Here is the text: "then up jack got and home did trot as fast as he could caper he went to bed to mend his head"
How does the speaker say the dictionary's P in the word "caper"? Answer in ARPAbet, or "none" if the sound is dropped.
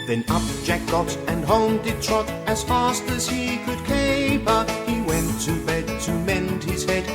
B